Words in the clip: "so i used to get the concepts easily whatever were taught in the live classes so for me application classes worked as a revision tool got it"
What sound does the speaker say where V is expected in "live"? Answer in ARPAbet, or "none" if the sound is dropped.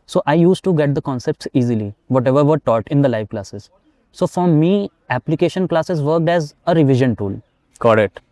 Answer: V